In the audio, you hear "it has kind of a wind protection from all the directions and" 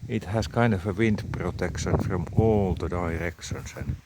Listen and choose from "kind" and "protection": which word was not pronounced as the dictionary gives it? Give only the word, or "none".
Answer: none